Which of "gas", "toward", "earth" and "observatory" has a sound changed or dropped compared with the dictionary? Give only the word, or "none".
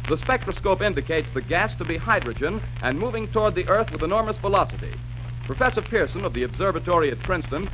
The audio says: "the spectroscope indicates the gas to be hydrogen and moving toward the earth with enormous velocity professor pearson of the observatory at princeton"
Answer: none